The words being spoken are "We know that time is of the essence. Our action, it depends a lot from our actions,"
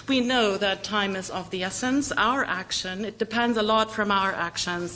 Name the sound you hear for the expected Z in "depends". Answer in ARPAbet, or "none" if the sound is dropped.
Z